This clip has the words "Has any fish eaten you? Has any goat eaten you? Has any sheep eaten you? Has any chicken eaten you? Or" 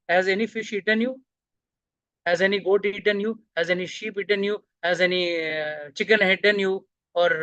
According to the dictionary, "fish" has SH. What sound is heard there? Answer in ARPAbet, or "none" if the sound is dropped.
SH